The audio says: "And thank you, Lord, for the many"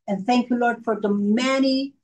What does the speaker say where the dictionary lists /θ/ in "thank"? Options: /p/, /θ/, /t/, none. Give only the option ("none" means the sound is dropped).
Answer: /θ/